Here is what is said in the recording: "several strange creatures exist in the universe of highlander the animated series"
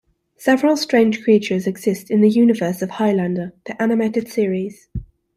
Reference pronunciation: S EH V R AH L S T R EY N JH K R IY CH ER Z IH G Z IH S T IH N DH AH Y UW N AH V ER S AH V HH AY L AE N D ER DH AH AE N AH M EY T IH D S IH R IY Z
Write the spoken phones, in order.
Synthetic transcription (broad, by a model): S EH V R AH L S T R EY N ZH K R IY CH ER Z IH G Z IH S T IH N DH AH Y UW N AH V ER S AH V HH AY L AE N D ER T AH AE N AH M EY T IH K S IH R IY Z